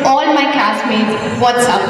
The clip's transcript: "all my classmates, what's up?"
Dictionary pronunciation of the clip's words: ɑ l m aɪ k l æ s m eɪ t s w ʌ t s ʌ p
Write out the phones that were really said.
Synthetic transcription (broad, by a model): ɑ l m aɪ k æ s m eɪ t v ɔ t s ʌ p